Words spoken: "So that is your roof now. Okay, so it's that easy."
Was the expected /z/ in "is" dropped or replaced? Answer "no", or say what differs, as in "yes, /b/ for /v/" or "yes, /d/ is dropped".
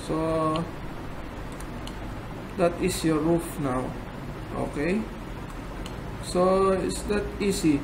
yes, /s/ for /z/